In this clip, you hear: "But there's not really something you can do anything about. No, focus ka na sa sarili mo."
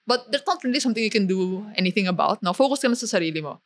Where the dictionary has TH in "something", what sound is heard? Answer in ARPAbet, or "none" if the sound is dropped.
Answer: T